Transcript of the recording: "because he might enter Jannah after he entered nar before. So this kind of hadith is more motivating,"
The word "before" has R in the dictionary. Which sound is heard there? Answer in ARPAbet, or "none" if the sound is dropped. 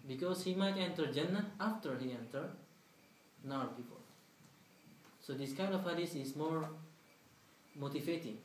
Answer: L